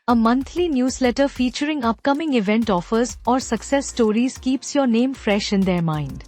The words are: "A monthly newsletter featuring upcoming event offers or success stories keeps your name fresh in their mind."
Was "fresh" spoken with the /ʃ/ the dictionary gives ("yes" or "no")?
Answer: yes